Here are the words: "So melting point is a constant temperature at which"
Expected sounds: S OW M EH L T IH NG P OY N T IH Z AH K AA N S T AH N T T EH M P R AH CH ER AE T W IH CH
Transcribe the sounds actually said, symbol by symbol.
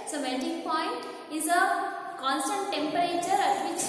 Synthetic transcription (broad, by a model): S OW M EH N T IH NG P OY N T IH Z AH K AA N S T AH N T T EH M P R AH CH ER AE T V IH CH